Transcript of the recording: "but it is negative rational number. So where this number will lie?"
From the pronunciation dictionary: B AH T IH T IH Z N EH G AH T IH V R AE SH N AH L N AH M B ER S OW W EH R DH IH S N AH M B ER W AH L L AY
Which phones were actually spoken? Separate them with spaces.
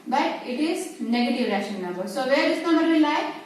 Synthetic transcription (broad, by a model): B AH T IH T IH Z N EH G AH T IH V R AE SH AH N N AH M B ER S OW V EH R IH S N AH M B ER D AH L L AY